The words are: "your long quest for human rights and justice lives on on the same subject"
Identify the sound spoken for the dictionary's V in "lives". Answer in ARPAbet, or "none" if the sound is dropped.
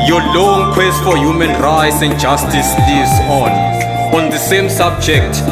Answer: none